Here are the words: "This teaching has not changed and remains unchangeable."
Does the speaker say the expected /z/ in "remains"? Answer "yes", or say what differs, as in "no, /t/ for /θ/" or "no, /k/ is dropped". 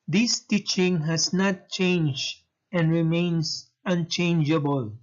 no, /s/ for /z/